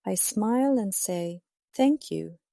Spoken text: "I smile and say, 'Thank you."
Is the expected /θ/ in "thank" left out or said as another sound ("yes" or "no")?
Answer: no